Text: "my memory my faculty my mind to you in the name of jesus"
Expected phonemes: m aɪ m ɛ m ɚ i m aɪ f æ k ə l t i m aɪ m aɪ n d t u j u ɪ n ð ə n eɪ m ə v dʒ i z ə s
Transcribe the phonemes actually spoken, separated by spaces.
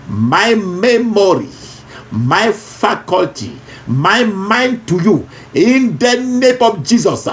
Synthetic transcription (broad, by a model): m aɪ m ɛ m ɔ i m aɪ f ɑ k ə l t i m aɪ m aɪ n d t u j u ɪ n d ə n eɪ m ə f dʒ i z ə s